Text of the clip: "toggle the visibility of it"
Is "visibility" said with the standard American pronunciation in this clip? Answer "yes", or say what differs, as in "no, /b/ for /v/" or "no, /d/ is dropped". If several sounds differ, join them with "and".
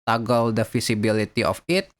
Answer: no, /f/ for /v/ and /s/ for /z/